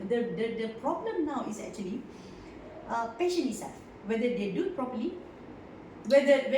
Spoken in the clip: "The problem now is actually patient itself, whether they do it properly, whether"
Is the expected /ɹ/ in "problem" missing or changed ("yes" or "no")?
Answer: no